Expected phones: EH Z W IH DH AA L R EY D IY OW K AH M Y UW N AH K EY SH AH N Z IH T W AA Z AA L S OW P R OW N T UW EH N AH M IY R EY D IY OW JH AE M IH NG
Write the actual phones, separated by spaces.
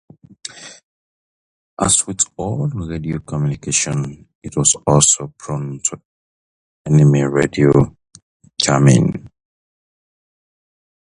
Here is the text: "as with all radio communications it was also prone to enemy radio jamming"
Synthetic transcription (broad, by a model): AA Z W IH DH AA L R EY D IY OW K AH M Y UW N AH K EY SH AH N IH T W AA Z AA L S OW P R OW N T UW EH N AH M IY R EY D IY OW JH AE M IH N